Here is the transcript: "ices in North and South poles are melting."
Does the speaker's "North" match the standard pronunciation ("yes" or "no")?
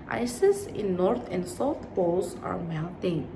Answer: no